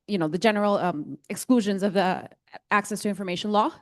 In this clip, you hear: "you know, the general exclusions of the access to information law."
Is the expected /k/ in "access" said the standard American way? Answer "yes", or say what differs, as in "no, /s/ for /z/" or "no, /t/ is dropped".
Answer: yes